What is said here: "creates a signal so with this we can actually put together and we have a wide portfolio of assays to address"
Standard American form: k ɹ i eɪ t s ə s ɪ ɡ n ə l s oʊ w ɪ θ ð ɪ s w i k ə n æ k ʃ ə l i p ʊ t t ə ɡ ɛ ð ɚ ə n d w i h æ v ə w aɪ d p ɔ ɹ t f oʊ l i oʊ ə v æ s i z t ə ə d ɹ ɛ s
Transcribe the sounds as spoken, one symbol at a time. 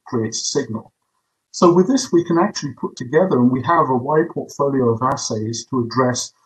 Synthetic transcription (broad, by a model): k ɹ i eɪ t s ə s ɪ ɡ n ə l s oʊ w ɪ ð ɪ s w i k ə n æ k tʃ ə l i p ʊ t t ə ɡ ɛ ð ɚ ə n w i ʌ v ə w aɪ d p ɔ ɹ t f oʊ l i oʊ ə v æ s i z t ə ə d ɹ ɛ s